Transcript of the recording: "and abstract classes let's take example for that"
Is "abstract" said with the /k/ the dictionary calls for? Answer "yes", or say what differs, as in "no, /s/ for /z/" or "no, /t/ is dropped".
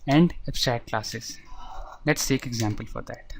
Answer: no, /k/ is dropped